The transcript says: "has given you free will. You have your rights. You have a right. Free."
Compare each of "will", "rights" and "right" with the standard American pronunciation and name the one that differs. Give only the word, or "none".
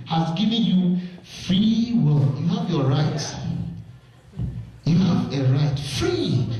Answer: rights